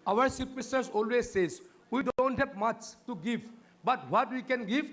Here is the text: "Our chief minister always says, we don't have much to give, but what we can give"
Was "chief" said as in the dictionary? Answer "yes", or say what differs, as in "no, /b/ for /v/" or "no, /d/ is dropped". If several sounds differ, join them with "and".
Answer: no, /s/ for /tʃ/ and /p/ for /f/